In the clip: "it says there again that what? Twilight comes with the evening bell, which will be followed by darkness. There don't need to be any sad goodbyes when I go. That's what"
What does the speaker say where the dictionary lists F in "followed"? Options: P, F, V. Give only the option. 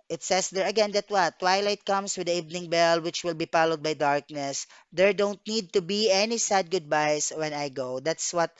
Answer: P